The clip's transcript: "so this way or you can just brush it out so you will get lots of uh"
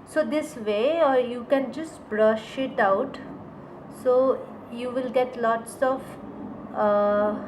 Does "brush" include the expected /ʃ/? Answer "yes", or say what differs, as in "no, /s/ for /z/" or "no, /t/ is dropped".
yes